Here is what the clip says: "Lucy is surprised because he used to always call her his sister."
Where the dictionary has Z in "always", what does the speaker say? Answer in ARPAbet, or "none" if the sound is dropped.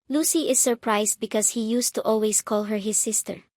S